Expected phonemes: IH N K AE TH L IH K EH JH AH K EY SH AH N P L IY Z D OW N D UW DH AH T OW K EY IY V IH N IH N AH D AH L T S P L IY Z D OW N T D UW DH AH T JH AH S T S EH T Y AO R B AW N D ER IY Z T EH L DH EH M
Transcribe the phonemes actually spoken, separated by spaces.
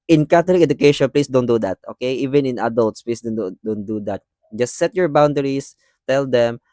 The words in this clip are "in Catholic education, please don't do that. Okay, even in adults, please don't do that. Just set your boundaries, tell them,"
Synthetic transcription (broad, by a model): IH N K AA T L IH K EH JH AH K EY SH AH N P L IY S D OW N D UW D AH T OW K EY IY V IH N IH N AH D AH L T S P L IY S D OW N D D UW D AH T JH AH S T S EH T Y AO R B AW N D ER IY S T EH L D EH M